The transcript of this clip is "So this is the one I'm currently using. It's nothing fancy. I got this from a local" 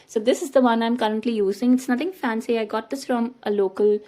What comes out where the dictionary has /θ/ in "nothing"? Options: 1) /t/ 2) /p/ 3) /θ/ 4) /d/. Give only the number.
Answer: 1